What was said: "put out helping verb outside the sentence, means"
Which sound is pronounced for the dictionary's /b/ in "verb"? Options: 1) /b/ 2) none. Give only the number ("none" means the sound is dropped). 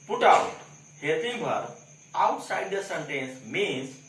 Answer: 2